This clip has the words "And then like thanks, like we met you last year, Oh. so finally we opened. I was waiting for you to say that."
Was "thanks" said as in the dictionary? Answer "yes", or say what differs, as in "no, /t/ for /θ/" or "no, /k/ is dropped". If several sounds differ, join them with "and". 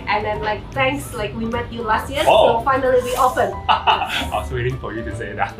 no, /t/ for /θ/